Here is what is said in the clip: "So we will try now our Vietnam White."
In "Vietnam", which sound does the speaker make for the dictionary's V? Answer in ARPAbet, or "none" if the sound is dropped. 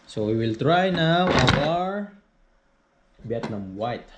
B